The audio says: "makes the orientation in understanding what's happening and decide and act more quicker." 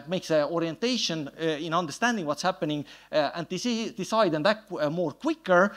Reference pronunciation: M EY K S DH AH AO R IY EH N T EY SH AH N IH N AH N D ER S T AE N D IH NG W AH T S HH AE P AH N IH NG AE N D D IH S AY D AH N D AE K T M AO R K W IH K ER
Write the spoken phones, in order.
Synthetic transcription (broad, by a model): M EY K S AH AO R IY EH N T EY SH AH N IH N AH N D ER S T AE N D IH NG W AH T S HH AE P AH N IH NG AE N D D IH S AY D AH N D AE T M AO R K W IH K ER